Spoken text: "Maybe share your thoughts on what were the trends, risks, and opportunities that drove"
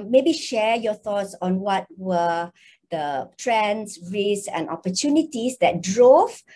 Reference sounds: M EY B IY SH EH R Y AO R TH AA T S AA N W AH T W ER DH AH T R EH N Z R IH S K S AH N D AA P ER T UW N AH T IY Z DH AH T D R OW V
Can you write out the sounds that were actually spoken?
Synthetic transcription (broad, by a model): M EY B IY SH EH Y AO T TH AA T S AA N W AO T W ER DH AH T R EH N S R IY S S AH N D AA P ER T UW N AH T IY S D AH T D R OW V